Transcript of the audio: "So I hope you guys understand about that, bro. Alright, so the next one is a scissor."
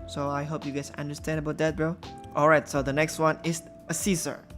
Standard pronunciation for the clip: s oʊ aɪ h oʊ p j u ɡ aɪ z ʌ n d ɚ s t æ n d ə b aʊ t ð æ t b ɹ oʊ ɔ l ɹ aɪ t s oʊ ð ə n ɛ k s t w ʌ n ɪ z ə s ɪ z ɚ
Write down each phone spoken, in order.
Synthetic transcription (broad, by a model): s oʊ aɪ h oʊ p j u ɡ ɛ s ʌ n d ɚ s t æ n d ə b aʊ t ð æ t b l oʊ ɔ l ɹ aɪ t s oʊ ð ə n ɛ k s t w ʌ n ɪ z ə s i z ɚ